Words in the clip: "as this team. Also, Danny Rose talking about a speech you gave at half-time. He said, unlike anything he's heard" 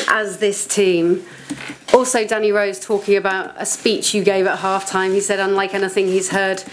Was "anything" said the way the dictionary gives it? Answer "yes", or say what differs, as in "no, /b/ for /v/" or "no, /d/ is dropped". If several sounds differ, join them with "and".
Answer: yes